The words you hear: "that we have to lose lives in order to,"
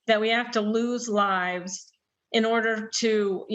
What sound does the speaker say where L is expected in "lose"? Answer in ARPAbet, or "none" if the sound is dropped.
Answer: L